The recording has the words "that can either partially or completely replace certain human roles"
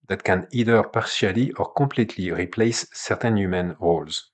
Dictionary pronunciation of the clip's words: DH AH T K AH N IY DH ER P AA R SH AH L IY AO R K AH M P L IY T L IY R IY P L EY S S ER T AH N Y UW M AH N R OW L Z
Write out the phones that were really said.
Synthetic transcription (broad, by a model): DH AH T K AH N IY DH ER P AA R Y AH L IY AO R K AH P L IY T L IY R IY P L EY S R T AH N Y UW M AH N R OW L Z